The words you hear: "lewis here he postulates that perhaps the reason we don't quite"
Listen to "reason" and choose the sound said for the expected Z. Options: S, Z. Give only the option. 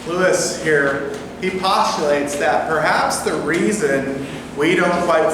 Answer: Z